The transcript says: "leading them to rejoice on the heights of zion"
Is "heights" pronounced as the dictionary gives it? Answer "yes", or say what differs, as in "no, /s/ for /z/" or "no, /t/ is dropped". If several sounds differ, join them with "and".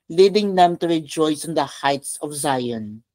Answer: yes